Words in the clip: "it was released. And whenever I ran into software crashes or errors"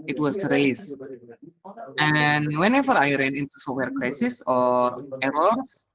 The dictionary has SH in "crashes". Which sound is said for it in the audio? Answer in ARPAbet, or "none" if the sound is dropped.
S